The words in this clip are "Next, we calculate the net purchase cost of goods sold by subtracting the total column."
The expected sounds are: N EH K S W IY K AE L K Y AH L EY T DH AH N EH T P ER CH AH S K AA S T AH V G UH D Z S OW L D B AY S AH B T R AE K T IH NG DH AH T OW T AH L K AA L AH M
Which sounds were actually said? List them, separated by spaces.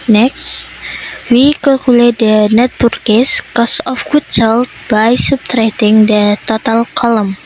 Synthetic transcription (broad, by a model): N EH K S W IY K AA L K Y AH L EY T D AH N EH T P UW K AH S K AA S AH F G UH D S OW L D B AY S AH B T R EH T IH NG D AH T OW T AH L K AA L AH M